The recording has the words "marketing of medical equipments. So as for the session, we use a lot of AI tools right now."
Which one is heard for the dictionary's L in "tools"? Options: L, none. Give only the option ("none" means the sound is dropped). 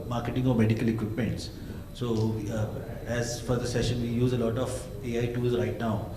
none